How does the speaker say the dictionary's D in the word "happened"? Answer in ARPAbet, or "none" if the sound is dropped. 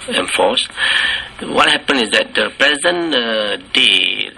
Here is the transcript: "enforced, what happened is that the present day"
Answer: none